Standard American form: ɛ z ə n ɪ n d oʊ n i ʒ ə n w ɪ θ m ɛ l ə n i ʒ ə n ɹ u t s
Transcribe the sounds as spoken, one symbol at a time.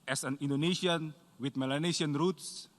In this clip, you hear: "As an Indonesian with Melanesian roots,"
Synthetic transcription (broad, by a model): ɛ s ə n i n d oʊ n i s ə n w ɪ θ m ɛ l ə n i s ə n ɹ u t s